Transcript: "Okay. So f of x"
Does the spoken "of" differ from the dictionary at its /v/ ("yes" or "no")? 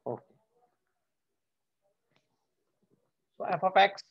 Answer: yes